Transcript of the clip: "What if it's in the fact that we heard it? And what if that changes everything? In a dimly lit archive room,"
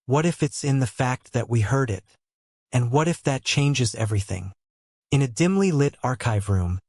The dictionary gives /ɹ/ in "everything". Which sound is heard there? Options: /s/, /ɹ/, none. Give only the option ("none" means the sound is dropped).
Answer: /ɹ/